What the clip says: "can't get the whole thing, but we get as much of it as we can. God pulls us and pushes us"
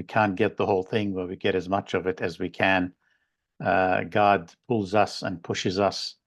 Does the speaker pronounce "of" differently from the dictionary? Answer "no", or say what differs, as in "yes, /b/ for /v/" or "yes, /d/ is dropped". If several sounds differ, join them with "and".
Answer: no